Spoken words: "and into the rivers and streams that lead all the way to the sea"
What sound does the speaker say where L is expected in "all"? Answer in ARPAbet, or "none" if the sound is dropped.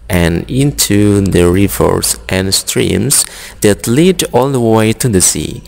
L